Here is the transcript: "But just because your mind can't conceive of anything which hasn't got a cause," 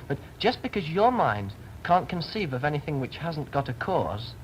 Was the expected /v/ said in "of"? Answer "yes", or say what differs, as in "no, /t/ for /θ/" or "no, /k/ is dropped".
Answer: yes